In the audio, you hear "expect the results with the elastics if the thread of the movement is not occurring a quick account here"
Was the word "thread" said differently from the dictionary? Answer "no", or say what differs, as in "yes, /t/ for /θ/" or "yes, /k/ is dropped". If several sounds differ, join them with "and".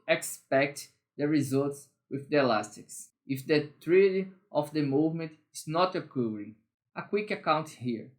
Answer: yes, /t/ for /θ/